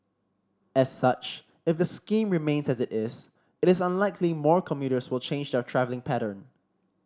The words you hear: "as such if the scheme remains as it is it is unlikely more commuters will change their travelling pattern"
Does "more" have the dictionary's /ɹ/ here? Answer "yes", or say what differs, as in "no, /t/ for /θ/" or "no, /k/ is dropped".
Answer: yes